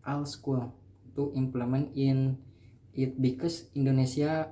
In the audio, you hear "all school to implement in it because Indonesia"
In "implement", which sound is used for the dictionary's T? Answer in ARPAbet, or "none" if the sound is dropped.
none